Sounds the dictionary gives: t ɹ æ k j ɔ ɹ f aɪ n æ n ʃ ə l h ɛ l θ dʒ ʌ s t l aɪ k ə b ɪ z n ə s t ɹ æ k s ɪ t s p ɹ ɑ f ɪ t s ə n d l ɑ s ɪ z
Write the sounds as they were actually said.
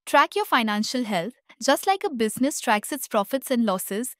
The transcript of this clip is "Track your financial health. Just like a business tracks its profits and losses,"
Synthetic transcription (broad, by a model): t ɹ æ k j ɔ ɹ f aɪ n æ n ʃ ə l h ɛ l t dʒ ʌ s t l aɪ k ə b ɪ z n ə s t ɹ æ k s ɪ t s p ɹ ɑ f ɪ t s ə n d l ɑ s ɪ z